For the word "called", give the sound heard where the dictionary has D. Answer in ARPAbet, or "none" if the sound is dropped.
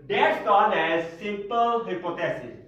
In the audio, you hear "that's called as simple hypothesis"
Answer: none